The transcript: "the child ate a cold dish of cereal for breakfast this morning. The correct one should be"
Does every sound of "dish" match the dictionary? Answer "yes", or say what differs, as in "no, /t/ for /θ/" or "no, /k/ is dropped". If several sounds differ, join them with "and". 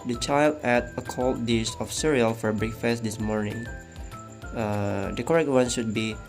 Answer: no, /s/ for /ʃ/